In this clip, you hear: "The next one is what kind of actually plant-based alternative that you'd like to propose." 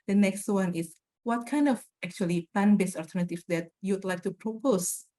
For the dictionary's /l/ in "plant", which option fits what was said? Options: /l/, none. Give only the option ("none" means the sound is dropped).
none